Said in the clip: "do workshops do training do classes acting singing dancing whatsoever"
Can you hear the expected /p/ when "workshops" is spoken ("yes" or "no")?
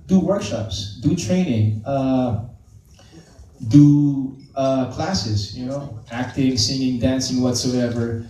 yes